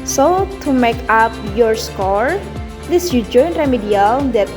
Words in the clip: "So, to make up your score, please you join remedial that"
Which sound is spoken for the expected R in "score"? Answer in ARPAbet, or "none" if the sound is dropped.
R